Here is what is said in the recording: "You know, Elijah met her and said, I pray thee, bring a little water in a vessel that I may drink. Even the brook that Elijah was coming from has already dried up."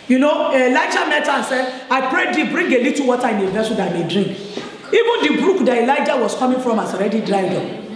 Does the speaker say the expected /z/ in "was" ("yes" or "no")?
no